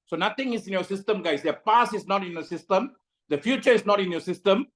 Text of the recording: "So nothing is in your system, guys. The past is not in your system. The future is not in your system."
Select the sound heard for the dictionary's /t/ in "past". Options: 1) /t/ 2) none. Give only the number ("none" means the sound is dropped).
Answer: 2